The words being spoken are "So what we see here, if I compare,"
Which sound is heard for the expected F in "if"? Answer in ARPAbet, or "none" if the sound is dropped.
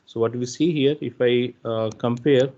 F